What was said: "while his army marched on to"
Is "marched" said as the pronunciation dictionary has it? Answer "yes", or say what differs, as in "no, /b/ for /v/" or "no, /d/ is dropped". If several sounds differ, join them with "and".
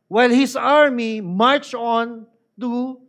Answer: no, /t/ is dropped